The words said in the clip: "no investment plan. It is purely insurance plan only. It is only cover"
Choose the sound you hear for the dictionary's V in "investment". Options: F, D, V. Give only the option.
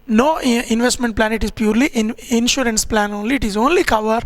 V